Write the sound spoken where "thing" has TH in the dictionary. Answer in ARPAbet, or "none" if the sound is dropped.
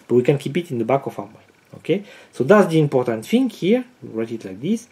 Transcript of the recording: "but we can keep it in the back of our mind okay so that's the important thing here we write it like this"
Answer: F